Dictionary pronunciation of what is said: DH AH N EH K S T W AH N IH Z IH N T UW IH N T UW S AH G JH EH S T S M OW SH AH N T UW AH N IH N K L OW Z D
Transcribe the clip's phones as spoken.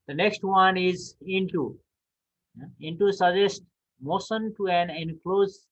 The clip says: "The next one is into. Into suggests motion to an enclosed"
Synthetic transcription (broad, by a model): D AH N EH K S T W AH N IH Z IH N T UW IH N T UW S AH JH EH S T M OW S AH N T UW AH N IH N K L OW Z